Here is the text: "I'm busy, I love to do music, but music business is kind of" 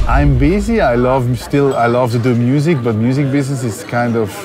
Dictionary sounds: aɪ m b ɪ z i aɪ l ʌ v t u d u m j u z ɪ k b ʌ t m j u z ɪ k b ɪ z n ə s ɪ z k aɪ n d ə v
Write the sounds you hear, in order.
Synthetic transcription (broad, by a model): aɪ m b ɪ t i aɪ l ʌ v t u d u m j u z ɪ k b ʌ t m j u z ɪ k b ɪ s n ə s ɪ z k aɪ n d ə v